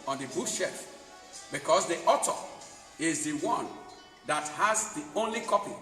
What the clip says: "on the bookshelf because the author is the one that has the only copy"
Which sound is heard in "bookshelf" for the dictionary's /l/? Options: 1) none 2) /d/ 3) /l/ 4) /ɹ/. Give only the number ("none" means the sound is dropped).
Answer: 1